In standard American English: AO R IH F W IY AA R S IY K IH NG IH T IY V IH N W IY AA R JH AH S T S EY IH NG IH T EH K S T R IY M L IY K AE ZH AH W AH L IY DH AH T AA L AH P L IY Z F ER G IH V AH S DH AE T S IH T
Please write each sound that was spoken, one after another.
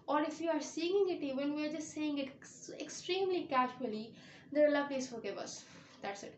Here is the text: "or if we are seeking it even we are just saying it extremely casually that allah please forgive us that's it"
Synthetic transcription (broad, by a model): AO R IH F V IY AA R S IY IH NG IH T IY V IH N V IY AA R JH AH S T S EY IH NG IH T EH K S T R IY M L IY K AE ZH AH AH L IY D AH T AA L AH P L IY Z F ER G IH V AH S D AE T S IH T